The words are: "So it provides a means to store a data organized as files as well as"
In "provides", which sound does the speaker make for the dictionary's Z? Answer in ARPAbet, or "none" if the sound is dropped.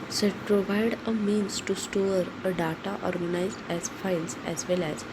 none